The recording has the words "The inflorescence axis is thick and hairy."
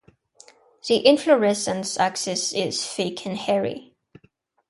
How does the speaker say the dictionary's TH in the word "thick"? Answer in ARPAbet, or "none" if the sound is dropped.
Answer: F